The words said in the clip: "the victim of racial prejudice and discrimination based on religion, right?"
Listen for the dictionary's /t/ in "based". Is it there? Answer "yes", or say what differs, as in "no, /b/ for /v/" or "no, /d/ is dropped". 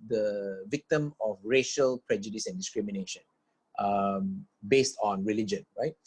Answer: yes